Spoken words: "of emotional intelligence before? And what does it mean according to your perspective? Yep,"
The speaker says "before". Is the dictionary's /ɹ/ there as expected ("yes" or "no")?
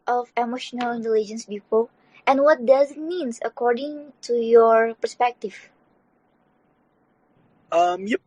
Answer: no